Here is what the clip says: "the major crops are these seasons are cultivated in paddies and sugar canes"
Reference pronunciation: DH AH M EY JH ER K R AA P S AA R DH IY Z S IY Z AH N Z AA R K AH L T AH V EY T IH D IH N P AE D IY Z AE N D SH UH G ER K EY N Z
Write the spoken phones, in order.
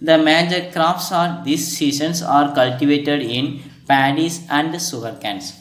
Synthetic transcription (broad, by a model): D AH M EY JH ER K R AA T S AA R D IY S IY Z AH N S AA R K AH L T AH V EY T IH D IH N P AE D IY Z AE N D S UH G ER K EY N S